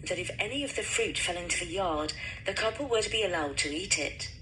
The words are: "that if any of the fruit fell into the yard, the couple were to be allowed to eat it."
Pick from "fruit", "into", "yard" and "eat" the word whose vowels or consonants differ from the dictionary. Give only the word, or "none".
none